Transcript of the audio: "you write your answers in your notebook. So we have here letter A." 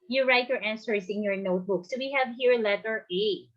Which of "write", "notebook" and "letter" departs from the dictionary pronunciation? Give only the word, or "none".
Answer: none